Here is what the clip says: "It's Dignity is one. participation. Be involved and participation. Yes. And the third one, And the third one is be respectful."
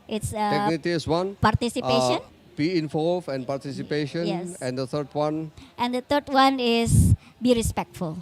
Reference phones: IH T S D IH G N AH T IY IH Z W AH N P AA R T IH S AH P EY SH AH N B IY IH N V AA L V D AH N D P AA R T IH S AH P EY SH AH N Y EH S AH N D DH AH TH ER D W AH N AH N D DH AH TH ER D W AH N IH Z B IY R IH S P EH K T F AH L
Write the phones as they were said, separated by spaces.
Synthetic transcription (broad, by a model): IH T S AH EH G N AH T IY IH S W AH N P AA R T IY S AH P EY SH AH N B IY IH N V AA L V AH N P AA R T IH S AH P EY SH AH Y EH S AH N D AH T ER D W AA N AH N D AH T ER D W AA N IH S B IY R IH S P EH K T F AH L